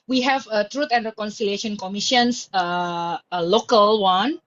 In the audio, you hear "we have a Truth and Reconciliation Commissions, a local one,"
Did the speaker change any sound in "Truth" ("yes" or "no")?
yes